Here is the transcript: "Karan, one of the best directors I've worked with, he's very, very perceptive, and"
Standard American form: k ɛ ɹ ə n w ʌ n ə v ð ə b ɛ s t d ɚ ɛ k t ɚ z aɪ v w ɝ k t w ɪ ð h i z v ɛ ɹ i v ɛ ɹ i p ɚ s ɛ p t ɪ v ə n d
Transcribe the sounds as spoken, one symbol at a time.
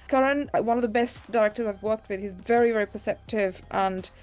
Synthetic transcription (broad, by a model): k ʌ ɹ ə n w ʌ n ə v ð ə b ɛ s d ɚ ɛ k t ɚ z aɪ v w ɝ k t w ɪ ð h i z v ɛ ɹ i v ɛ ɹ i p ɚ s ɛ p t ɪ v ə n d